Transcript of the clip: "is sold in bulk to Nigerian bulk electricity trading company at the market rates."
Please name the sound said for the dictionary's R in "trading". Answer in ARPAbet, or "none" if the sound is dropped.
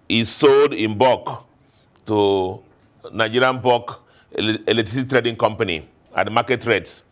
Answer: R